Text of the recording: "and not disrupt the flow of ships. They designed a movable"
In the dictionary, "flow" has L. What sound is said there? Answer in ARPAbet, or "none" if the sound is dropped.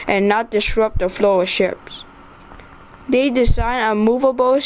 L